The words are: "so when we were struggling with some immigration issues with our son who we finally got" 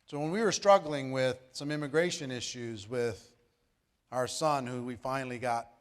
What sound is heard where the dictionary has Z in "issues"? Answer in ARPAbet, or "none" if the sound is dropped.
Z